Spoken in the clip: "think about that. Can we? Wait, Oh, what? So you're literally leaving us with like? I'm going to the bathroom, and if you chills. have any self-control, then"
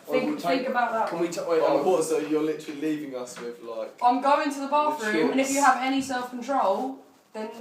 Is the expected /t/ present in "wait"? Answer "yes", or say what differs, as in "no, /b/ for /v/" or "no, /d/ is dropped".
no, /t/ is dropped